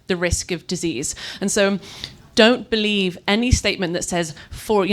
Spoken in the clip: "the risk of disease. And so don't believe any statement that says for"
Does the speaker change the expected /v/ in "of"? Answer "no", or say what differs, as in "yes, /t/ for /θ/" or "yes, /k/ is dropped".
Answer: no